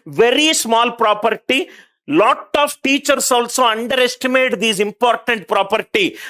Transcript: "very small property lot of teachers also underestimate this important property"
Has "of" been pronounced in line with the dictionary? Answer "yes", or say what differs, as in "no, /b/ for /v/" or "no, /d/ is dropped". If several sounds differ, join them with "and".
no, /p/ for /v/